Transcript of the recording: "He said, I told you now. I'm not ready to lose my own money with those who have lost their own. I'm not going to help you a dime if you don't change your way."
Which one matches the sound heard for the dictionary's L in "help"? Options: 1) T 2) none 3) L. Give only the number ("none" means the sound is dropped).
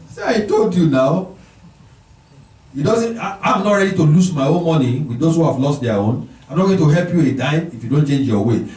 3